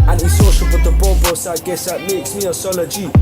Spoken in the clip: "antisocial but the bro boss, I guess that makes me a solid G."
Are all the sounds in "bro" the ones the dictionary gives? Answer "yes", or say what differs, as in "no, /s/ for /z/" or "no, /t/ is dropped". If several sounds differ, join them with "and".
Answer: no, /ɹ/ is dropped